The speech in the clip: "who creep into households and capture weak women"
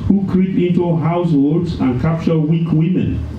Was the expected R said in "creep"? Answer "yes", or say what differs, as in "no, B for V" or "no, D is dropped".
yes